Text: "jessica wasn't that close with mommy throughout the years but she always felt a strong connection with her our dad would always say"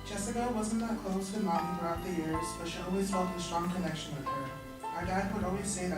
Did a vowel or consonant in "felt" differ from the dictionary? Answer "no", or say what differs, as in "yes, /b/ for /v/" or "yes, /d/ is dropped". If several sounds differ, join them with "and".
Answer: yes, /l/ is dropped